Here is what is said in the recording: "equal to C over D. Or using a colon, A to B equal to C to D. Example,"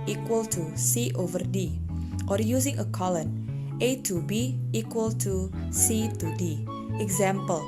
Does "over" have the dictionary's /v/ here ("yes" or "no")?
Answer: yes